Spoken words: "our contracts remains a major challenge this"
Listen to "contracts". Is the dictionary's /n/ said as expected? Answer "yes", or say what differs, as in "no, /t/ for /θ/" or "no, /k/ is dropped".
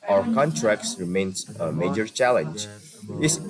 yes